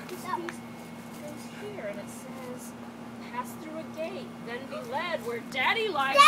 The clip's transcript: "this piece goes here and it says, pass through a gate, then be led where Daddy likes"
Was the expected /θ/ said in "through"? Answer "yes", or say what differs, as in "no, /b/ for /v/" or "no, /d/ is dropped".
yes